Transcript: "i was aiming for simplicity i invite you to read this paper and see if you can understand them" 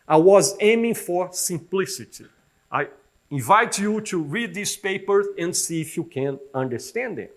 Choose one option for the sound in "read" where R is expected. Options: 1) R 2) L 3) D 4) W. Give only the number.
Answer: 1